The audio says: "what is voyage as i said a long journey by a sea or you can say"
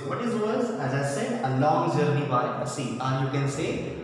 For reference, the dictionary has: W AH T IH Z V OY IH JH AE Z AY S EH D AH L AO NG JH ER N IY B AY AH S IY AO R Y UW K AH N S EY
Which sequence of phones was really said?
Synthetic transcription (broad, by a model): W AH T IH Z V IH Z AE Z AY S EH D AH L AO NG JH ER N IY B AY AH S IY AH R Y UW K AH N S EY